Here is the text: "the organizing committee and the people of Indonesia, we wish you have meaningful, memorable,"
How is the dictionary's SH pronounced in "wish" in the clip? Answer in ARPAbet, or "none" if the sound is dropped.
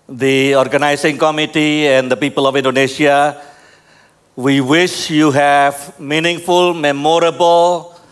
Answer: SH